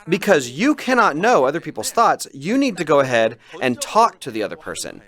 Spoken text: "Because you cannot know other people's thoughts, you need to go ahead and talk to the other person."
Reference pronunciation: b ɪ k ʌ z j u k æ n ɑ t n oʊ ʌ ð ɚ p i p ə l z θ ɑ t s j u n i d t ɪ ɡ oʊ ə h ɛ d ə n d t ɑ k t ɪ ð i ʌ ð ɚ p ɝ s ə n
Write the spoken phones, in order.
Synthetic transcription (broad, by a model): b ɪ k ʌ z j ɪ k æ n ɑ t n oʊ ʌ ð ɚ p i p l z θ ɑ t s j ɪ n i d t ɪ ɡ oʊ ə h ɛ d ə n t ɑ k t ɪ ð i ʌ ð ɚ p ɝ s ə n